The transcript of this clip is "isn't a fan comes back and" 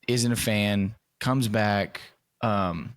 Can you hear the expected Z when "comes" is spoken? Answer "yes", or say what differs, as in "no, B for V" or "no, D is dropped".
yes